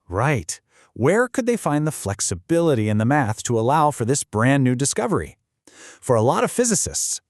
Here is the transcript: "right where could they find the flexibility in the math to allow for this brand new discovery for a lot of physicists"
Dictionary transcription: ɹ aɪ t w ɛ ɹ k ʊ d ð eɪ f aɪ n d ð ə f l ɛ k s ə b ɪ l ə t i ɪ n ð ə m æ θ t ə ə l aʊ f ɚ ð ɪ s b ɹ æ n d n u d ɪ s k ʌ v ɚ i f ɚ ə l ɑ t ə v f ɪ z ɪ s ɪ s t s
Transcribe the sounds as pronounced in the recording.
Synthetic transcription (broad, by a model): ɹ aɪ t w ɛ ɹ k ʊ d ð eɪ f aɪ n ð ə f l ɛ k s ə b ɪ l ə t i ɪ n ð ə m æ θ t ə ə l aʊ f ɚ ð ɪ s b ɹ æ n n u d ɪ s k ʌ v ɚ i f ɚ ə l ɑ t ə v f ɪ z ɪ s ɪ s t s